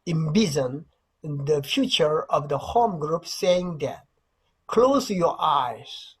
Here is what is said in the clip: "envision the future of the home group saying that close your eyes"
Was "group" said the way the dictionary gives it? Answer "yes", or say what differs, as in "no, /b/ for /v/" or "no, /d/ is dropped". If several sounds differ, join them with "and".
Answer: yes